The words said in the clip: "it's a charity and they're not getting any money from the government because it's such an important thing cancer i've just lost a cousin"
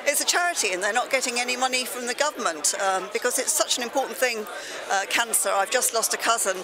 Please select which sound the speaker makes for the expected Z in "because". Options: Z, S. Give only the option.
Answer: Z